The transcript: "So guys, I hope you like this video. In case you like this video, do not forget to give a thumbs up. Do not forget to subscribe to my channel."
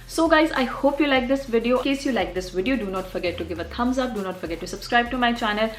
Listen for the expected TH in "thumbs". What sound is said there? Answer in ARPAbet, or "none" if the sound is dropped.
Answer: T